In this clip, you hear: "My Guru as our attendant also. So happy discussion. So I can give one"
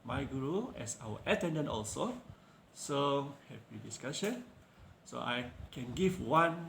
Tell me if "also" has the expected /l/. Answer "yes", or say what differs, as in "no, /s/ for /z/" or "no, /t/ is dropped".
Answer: yes